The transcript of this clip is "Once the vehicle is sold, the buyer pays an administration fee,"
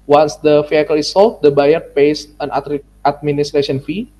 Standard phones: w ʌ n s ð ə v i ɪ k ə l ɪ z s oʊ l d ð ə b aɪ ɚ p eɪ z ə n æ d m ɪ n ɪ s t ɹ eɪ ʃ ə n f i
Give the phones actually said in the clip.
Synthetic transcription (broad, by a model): w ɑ n s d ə f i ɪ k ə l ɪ s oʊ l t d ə b aɪ ɚ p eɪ s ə n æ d m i n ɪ s t ɹ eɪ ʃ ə n f i